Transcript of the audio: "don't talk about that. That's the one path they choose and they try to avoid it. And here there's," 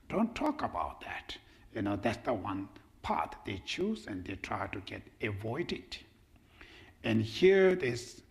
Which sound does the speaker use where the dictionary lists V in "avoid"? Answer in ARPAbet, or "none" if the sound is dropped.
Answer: V